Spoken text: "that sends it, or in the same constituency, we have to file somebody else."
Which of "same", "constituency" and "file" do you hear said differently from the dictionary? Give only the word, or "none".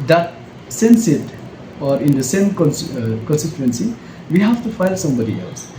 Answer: constituency